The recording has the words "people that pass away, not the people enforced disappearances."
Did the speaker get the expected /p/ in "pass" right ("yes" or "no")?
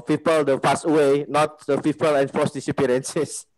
no